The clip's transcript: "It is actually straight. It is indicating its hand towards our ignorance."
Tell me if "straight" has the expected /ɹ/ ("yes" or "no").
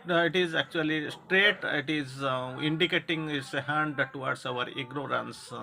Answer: yes